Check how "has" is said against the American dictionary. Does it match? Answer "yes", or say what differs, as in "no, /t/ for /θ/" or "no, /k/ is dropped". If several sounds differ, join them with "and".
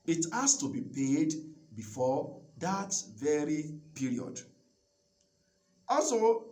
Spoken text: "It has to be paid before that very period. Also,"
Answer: no, /s/ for /z/